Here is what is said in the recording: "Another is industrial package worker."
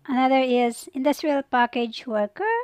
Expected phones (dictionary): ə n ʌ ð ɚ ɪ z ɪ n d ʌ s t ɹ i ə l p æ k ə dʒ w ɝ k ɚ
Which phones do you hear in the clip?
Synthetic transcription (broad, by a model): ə n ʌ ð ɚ ɪ z ɪ n d ʌ s t ɹ i ə l p æ k ə dʒ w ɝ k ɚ